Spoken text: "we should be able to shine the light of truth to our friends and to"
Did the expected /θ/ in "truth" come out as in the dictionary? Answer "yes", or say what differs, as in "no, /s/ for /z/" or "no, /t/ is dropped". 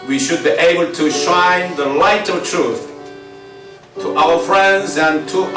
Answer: yes